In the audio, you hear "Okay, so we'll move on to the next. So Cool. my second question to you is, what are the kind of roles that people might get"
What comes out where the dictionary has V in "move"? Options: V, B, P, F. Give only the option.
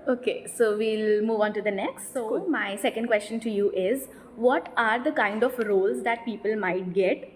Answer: V